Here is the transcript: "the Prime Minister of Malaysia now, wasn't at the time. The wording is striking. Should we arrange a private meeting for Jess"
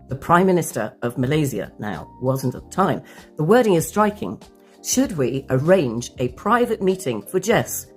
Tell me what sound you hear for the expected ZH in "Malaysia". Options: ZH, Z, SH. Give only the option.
Z